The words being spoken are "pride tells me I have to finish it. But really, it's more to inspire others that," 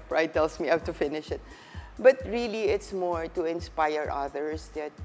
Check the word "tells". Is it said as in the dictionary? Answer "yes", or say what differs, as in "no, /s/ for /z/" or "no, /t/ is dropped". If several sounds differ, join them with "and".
no, /s/ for /z/